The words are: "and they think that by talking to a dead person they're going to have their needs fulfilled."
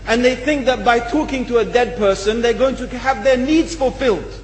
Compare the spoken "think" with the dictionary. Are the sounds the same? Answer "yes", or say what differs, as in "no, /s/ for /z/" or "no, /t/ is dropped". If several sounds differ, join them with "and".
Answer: yes